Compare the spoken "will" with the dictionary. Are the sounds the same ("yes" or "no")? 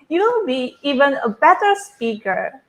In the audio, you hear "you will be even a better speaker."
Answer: no